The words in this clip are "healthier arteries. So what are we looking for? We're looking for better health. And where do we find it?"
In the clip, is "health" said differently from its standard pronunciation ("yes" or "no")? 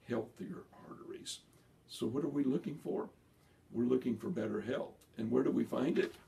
no